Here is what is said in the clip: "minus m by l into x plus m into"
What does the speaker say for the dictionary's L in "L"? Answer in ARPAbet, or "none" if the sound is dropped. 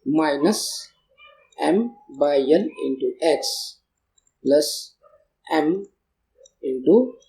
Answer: N